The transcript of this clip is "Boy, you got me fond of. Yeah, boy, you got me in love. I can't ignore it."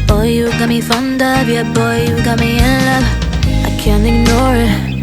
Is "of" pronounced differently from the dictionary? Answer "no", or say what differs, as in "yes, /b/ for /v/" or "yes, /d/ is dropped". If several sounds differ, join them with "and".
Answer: yes, /b/ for /v/